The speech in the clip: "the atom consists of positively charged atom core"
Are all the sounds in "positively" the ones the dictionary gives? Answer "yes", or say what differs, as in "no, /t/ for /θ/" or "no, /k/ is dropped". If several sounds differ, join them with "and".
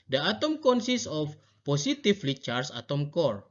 no, /s/ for /z/ and /f/ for /v/